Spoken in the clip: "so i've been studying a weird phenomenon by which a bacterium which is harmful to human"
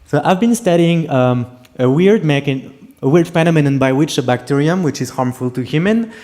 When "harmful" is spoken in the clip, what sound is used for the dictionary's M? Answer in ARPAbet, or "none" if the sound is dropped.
M